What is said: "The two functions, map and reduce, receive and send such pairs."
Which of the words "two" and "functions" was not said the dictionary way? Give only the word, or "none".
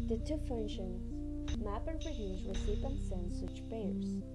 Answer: functions